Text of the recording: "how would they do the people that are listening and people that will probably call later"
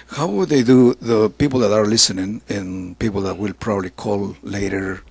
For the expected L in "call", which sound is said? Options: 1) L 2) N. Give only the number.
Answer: 1